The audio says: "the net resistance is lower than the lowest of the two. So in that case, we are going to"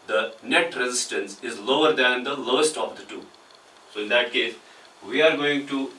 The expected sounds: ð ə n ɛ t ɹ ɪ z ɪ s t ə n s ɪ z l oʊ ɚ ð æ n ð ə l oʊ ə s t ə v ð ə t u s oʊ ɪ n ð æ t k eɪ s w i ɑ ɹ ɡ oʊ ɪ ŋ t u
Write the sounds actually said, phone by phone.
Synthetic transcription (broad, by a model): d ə n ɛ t ɹ ɪ z ɪ s t ə n s ɪ z l oʊ ɚ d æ n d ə l oʊ ə s t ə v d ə t u s oʊ ɪ n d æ t k eɪ s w i ɑ ɹ ɡ oʊ ɪ ŋ t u